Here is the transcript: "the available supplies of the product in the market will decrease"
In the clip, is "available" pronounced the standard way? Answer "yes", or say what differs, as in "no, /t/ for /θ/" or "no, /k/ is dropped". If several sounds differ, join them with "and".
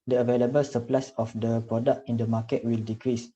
yes